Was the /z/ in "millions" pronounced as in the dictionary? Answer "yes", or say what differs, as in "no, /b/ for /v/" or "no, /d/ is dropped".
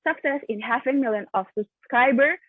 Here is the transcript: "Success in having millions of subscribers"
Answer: no, /z/ is dropped